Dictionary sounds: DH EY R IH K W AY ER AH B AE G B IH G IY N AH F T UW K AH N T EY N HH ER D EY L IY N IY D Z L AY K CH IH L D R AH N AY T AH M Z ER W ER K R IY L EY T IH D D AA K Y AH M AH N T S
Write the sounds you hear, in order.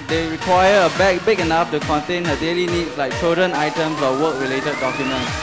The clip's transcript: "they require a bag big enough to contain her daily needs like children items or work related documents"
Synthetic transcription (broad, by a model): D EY R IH K W AY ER AH B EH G B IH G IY N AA F T UW K AH N T EY N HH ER D EY L IY N IY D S L AY K CH IH L D R AH N AY T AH M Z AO W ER K R IY L EY T IH D D AA K Y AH M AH N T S